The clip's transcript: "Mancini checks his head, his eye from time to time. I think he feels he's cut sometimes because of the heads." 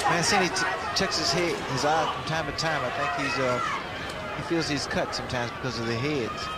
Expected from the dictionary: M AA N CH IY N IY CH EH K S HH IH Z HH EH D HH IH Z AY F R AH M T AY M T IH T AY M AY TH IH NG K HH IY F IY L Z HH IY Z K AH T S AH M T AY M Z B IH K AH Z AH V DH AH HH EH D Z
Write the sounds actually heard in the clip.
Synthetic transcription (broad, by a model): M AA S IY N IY CH EH K S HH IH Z HH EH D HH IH Z AY F R AH M T AY M T IH T AY M AY TH IH NG K HH IY F IY L Z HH IY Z K AH T S AH M T AY M Z B IH K AH Z AH V DH AH HH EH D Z